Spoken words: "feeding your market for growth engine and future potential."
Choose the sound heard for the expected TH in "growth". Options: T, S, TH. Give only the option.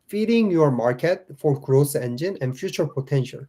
S